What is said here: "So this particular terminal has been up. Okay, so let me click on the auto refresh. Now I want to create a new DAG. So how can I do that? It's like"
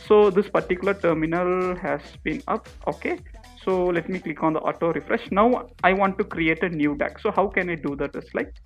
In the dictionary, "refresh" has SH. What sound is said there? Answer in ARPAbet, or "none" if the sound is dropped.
SH